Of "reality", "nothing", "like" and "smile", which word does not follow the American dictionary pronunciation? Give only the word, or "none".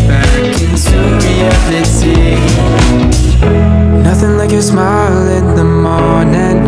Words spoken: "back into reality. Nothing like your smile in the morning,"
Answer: reality